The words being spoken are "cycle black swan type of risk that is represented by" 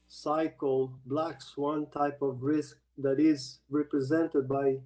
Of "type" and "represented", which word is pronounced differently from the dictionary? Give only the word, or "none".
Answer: none